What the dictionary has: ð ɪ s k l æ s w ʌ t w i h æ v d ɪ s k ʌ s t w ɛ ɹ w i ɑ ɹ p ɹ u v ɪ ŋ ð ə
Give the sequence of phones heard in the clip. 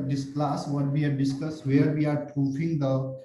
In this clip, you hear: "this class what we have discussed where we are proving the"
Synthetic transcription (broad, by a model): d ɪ s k l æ s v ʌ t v i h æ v d ɪ s k ʌ s t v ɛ ɹ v i ɑ ɹ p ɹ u f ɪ ŋ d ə